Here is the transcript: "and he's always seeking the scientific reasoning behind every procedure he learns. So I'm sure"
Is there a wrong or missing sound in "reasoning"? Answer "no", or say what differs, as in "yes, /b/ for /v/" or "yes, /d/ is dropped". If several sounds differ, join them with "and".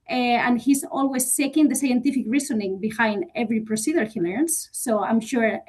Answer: yes, /s/ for /z/